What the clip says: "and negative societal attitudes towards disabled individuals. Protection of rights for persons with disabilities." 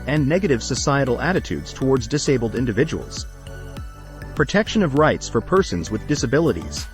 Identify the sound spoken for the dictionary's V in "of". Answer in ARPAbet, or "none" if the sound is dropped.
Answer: V